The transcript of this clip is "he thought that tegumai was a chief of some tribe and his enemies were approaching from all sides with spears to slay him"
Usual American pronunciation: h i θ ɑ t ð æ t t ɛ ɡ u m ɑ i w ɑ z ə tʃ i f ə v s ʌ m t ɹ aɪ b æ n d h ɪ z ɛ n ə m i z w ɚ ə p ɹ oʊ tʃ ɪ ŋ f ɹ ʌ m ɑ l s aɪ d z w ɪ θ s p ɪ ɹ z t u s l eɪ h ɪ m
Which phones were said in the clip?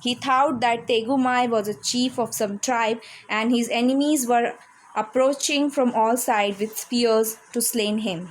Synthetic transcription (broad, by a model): h i t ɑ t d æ t t ɛ ɡ u m ɑ i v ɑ z ə tʃ i f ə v s ʌ m t ɹ aɪ b æ n d h ɪ z ɛ n ə m i z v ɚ ə p ɹ oʊ tʃ ɪ ŋ f ɹ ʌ m ɑ l s aɪ d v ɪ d s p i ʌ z t u s l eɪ h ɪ m